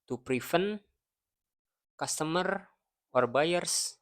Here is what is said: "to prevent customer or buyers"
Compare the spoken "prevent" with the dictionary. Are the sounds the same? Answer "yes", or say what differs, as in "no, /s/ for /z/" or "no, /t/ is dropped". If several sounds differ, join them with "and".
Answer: no, /f/ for /v/